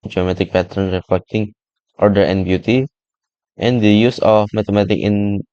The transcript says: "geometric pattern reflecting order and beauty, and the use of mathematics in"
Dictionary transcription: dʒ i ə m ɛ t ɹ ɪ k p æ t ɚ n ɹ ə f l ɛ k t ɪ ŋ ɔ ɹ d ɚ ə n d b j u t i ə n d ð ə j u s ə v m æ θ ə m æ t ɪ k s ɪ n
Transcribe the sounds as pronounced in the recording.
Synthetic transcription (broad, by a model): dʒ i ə m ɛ t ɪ k p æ t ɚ n ɹ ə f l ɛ k t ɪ ŋ ɔ ɹ d ɚ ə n b j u t i ə n d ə j u s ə f m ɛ t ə m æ t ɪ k ɪ n